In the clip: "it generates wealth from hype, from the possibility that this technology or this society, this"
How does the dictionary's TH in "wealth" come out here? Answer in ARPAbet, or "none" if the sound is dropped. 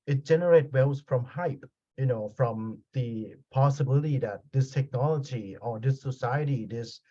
S